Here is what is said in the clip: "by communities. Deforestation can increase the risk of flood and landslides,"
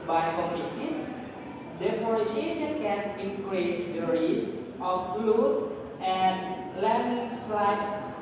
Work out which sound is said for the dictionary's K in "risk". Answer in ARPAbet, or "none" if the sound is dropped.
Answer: none